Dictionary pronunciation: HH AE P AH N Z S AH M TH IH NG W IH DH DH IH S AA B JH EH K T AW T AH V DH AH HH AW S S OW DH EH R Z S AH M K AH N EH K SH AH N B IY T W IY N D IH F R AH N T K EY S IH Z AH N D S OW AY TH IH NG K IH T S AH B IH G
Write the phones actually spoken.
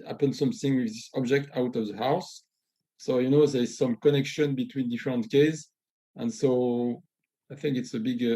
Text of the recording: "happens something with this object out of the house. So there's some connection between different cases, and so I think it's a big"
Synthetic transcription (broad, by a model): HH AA P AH N S AH M TH IH NG W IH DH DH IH S AA B JH EH K T AW T AH V DH AH HH AW S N OW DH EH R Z S AH M K AH N EH K SH AH N B IY T W IY N D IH F R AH N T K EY IH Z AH N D S OW AY TH IH NG K IH T S AH B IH G